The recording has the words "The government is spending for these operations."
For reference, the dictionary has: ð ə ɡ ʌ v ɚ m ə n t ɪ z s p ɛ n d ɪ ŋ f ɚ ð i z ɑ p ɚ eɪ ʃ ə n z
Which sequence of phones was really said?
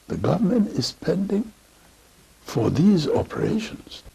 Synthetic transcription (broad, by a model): ð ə ɡ ʌ v ɚ m ə n t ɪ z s p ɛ n d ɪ ŋ f ɚ ð i z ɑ p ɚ eɪ ʃ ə n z